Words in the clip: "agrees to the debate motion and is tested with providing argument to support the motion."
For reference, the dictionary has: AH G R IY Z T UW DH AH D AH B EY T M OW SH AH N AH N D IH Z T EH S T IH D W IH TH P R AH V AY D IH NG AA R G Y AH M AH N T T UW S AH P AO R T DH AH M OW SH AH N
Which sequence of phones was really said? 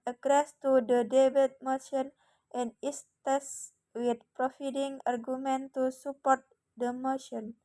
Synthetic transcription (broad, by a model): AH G R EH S T UW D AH D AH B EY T M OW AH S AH N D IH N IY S T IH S W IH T P R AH F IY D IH NG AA R G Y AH M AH N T T UW S AH P AO R T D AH M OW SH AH N